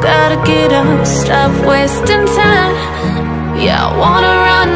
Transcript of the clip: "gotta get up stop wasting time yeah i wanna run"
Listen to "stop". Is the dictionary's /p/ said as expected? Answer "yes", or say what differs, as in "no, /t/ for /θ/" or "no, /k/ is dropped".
no, /f/ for /p/